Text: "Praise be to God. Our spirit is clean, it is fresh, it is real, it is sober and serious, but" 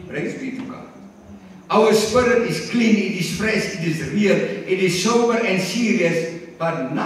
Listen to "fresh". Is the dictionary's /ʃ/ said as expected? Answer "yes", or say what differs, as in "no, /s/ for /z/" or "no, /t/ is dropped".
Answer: no, /s/ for /ʃ/